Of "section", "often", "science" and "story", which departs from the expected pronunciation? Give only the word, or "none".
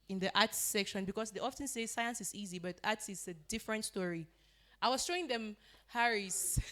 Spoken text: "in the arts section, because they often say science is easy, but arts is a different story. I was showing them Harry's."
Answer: none